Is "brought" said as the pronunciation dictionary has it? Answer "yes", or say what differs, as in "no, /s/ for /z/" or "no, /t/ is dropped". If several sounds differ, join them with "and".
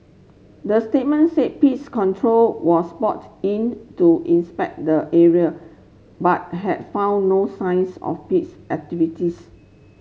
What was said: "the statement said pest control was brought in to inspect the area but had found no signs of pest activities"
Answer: no, /ɹ/ is dropped